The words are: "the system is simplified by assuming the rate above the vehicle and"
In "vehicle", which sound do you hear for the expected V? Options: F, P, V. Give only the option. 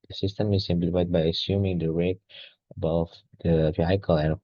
F